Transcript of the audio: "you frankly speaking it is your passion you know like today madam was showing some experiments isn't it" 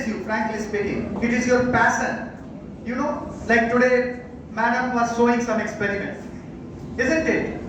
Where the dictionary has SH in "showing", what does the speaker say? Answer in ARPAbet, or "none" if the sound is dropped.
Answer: S